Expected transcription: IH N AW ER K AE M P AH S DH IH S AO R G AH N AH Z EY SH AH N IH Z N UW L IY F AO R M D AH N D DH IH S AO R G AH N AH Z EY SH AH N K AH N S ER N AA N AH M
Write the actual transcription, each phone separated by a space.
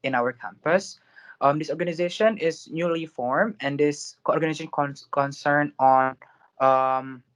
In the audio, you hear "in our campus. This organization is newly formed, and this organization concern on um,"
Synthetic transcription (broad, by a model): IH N AW ER K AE M P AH S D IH S AO R G AH N AH Z EY SH AH N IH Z N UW L IY F AO R M AH N D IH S AO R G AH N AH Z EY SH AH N K AH N S ER N AA N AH M